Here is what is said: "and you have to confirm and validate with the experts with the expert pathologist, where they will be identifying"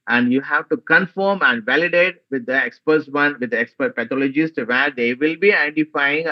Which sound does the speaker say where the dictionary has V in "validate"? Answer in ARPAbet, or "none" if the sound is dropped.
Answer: V